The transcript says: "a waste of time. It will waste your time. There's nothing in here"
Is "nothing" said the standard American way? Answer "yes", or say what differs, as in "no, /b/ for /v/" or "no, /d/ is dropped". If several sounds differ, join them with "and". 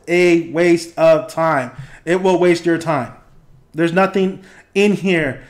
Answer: yes